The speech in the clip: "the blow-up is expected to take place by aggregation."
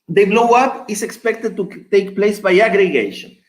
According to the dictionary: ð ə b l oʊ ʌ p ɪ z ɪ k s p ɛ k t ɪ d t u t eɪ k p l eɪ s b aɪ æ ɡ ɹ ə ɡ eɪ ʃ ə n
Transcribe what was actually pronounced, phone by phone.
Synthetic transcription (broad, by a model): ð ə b l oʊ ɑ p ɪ s ɪ k s p ɛ k t ɪ d t u t eɪ k p l eɪ s b aɪ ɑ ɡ ɹ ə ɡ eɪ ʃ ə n